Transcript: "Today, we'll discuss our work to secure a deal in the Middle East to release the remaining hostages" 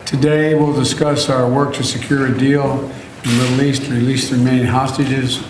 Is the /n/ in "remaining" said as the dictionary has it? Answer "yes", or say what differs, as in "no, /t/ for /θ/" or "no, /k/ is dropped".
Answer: no, /n/ is dropped